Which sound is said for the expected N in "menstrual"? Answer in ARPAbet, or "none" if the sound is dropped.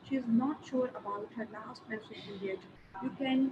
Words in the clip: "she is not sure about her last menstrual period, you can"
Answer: none